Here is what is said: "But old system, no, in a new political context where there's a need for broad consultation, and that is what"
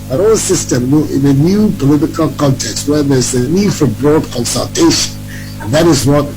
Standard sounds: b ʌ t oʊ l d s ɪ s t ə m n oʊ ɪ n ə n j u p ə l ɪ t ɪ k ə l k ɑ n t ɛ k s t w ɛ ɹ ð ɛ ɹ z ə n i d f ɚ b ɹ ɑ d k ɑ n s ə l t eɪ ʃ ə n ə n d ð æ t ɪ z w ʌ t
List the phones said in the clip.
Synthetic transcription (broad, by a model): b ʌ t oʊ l s ɪ s t ə m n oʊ ɪ n ə n j u p ə l ɪ t ɪ k ə l k ɑ n t ɛ k s t w ɛ ɹ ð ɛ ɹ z ə n i d f ɚ b ɹ ɑ d k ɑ n s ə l t eɪ ə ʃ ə n ð æ t ɪ z w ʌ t